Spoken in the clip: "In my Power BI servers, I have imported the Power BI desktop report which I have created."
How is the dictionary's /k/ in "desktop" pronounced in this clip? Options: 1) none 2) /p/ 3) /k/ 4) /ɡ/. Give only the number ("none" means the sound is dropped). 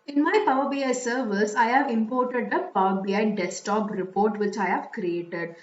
1